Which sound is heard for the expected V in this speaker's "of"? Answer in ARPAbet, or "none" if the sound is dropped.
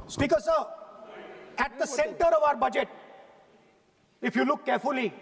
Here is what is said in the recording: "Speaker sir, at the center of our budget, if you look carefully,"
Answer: V